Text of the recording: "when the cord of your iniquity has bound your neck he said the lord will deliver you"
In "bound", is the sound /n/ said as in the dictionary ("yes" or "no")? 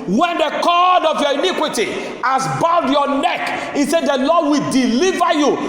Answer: no